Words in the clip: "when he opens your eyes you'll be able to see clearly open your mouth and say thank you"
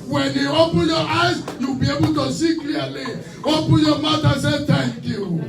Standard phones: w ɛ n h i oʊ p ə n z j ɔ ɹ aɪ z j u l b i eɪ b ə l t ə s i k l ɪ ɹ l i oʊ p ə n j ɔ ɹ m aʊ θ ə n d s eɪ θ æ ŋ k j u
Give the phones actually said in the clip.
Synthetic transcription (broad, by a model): w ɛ n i oʊ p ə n j ɔ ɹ aɪ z j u b i eɪ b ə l t ə s i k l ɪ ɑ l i oʊ p ə n j ɔ m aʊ t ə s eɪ t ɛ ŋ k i